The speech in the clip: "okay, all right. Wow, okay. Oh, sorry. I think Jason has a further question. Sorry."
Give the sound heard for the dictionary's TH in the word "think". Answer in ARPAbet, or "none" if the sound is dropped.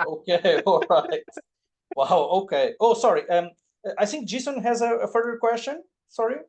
TH